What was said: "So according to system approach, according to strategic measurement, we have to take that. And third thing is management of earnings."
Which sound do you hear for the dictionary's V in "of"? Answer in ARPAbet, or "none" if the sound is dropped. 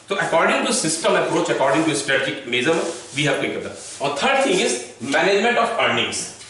P